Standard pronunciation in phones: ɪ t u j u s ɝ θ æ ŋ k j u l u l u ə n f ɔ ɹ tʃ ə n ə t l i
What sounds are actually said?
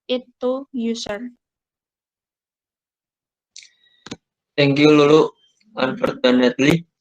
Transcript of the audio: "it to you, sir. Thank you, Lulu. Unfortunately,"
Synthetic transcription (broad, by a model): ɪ t u j u s ɝ t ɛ ŋ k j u l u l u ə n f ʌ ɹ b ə n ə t l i